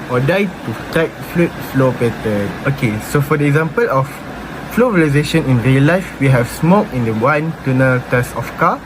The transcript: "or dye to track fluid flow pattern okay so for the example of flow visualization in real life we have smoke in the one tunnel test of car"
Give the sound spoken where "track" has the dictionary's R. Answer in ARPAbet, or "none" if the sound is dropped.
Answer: none